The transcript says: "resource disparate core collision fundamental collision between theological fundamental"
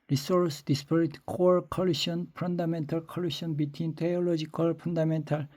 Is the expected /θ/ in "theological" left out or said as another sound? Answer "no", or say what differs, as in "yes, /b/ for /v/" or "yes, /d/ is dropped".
yes, /t/ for /θ/